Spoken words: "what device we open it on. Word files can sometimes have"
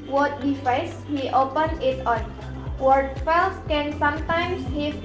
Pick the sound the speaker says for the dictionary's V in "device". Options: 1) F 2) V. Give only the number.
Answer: 1